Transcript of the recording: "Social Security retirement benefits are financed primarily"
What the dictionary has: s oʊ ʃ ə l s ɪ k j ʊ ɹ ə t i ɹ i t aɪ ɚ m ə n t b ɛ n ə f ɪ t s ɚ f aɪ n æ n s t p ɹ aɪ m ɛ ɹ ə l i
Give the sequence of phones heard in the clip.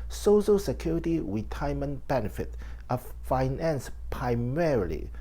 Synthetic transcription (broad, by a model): s oʊ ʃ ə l s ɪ k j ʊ ɹ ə t i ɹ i t aɪ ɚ m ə n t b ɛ n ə f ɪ t ɚ f aɪ n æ n s p ɹ aɪ m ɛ ɹ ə l i